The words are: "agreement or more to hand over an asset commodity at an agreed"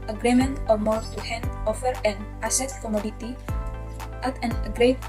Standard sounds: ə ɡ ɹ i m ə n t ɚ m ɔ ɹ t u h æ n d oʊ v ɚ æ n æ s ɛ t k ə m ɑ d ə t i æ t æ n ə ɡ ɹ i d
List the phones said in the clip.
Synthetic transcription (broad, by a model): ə ɡ ɹ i m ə n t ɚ m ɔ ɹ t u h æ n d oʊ f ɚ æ n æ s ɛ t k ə m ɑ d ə t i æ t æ n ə ɡ ɹ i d